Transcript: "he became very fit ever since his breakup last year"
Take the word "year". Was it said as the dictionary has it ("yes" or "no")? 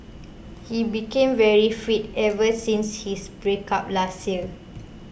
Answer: no